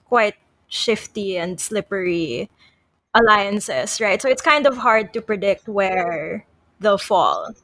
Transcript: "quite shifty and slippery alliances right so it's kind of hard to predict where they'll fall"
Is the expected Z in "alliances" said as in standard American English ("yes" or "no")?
no